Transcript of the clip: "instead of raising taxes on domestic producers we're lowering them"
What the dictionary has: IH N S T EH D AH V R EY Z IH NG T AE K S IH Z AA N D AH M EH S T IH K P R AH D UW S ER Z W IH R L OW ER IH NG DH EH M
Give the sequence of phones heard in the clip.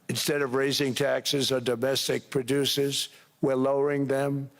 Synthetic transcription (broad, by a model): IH N S T EH D AH V R EY Z IH NG T AE K S IH Z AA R D AH M EH S T IH K P R AH D UW S ER Z W IH R L OW ER IH NG DH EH M